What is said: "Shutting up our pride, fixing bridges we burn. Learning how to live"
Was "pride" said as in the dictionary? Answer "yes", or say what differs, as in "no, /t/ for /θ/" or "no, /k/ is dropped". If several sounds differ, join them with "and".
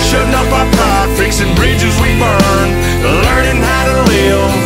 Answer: no, /ɹ/ is dropped